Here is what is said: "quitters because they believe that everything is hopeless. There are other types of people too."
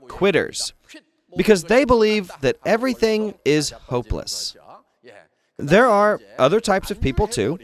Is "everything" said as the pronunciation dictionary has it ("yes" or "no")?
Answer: yes